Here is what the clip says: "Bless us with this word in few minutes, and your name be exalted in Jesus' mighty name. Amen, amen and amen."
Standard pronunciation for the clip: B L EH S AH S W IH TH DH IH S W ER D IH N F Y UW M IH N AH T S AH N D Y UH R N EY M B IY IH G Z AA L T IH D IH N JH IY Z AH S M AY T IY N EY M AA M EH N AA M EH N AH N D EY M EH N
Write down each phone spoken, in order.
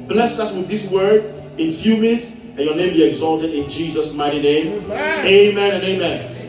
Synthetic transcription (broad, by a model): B L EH S AH S W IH DH IH S W ER D IH N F Y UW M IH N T AH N Y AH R N EY M B IY IH G Z AA L T IH D IH N JH IY Z AH S M AY T IY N EY AA M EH AA M EH N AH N EY M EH N